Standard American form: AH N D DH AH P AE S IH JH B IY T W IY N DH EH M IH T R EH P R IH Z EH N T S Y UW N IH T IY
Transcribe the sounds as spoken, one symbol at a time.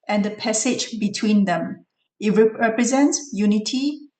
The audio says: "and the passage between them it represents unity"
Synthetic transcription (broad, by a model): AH N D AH P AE S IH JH B IY T W IY N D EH M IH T R EH P R IH Z EH N T S Y UW N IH T IY